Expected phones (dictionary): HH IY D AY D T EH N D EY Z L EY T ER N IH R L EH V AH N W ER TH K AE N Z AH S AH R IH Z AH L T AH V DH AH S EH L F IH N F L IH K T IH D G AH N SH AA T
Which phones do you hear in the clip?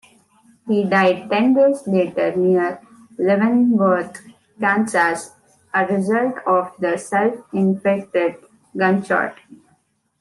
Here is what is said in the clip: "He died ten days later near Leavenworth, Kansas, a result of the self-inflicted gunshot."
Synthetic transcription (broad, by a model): HH IY D AY D T EH N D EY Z L EY T ER N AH R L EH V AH N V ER T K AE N S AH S AH R IH Z AH L T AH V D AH S EH L F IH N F EH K T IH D G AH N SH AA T